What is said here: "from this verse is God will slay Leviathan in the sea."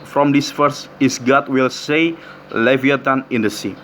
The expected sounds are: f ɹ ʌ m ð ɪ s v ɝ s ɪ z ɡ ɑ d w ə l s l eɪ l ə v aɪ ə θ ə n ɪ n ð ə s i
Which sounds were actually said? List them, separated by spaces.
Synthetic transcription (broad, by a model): f ɹ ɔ m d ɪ s f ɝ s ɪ s ɡ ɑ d w ə l s eɪ l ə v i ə t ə n ɪ n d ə s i